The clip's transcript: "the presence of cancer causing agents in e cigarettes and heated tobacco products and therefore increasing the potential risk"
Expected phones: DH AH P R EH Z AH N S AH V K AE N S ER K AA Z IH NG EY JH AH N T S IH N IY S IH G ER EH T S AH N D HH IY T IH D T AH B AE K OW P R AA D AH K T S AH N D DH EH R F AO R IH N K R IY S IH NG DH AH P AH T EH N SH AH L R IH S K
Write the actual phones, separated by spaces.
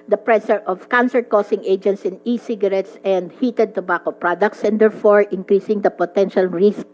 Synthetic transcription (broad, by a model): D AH P R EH S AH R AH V K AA N S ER K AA S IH NG EY JH AH N T S IH N IY S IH G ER EH T S AH N D HH IY T IH D T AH B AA K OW P R AA D AH K T S AH N D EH R F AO R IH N K R IY S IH NG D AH P AH T EH N SH AH L R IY S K